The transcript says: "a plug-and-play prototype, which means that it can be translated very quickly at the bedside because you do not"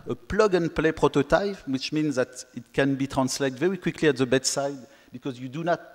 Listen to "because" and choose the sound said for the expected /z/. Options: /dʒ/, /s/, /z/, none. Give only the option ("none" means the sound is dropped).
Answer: /z/